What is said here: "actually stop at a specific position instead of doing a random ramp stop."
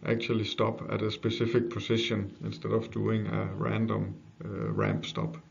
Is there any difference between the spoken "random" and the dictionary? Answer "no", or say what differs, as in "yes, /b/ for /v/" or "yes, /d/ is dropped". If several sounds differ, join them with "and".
no